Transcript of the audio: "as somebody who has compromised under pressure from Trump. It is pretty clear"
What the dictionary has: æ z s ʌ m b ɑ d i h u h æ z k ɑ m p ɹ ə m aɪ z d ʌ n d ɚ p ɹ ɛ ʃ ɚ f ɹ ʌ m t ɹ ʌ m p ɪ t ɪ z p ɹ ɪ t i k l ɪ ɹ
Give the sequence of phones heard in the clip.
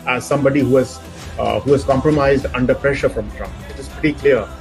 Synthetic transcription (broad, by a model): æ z s ʌ m b ɑ d i h u h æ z k ɑ m p ɹ ə m aɪ z d ʌ n d ɚ p ɹ ɛ ʃ ɚ f ɹ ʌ m t ɹ ʌ m p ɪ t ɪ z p ɛ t i k l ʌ ɹ